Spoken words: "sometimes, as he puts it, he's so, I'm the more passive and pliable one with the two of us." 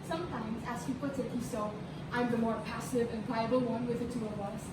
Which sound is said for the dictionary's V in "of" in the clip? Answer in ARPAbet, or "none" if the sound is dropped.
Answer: W